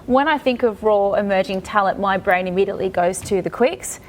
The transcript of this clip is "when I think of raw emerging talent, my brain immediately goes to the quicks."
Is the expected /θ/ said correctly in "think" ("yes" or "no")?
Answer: yes